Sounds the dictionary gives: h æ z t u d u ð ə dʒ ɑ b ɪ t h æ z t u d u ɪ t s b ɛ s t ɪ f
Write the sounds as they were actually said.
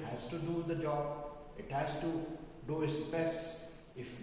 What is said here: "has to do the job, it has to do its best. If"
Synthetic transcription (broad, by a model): h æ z t u d u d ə dʒ ɑ b ɪ t h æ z t u d u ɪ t s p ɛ s ɪ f